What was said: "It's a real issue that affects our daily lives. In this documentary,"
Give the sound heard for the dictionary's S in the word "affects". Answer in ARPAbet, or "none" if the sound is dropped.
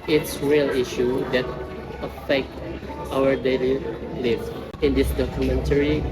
none